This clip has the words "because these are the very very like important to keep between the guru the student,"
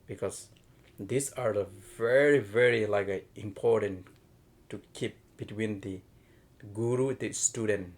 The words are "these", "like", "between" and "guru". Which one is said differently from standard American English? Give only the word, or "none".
these